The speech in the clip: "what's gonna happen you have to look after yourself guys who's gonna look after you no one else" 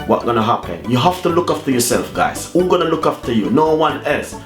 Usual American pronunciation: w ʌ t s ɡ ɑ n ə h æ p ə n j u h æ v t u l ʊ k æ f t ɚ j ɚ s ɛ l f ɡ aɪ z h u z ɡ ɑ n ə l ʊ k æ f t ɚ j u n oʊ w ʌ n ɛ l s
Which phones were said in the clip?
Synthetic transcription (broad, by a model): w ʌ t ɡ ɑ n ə h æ p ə n j u h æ f t u l ʊ k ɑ f t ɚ j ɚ s ɛ l f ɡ aɪ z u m ɡ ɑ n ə l ʊ k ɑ f t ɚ j u n oʊ w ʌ n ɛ l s